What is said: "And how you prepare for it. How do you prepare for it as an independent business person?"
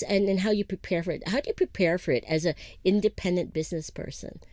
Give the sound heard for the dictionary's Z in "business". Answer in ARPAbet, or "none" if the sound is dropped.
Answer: Z